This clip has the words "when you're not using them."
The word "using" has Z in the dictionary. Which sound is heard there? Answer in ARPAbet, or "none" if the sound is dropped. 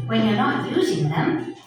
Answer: Z